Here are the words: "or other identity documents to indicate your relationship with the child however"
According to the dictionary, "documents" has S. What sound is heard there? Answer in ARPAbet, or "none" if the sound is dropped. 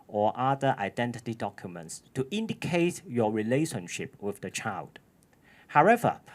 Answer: S